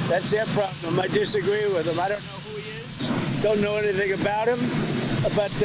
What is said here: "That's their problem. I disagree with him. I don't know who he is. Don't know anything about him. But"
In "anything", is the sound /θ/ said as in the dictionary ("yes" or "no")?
yes